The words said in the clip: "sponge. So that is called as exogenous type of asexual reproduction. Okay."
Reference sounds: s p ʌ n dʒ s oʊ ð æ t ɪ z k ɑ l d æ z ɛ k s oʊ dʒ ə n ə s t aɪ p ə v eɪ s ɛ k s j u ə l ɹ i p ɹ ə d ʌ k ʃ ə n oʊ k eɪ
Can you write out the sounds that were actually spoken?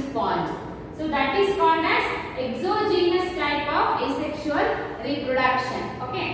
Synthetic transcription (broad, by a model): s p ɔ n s s oʊ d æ t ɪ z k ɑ d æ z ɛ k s oʊ dʒ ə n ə s t aɪ p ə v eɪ s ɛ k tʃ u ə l ɹ i p ɹ ə d ʌ k ʃ ə n oʊ k eɪ